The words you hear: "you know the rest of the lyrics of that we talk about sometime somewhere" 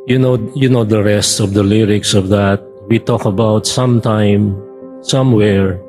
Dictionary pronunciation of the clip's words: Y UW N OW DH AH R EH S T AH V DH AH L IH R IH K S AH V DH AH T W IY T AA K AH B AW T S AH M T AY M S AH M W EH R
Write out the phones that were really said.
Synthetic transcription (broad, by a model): Y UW N OW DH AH R EH S T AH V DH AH L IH R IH K S AH V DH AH T W IY T AA K AH B AW T S AH M T AY M S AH M W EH R